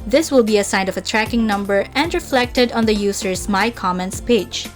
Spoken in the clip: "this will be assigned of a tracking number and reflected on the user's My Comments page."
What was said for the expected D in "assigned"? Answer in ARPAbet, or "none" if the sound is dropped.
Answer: none